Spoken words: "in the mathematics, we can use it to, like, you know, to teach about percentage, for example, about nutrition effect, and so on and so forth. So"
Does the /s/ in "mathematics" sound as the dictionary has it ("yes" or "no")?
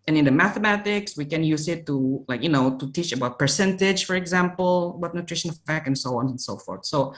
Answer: yes